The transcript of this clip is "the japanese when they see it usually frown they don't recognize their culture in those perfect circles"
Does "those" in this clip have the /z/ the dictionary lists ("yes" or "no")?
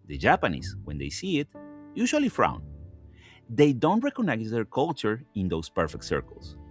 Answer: no